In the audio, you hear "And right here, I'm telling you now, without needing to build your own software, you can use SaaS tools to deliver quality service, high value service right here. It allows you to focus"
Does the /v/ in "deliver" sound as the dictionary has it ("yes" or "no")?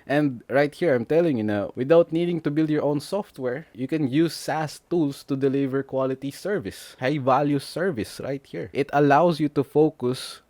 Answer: yes